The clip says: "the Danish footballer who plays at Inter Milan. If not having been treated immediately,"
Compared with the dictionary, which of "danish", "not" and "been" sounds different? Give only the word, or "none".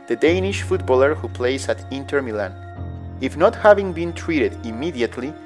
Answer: none